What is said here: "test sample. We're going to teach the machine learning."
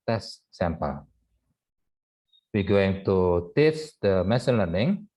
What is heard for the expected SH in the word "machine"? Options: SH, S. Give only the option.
S